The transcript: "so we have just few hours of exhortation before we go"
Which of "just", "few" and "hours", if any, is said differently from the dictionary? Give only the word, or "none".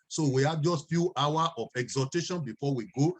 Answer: hours